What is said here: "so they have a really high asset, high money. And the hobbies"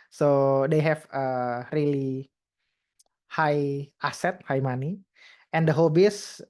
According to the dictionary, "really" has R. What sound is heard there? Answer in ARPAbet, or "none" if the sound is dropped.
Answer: R